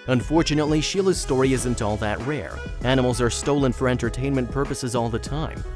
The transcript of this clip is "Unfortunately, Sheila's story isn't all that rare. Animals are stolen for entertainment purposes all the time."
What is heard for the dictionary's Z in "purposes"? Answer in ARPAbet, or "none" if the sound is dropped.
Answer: Z